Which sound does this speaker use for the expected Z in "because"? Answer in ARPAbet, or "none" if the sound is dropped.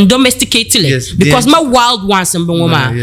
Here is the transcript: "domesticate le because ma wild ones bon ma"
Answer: S